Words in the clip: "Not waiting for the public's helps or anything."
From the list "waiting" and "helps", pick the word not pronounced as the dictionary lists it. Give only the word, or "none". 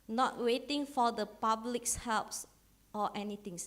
none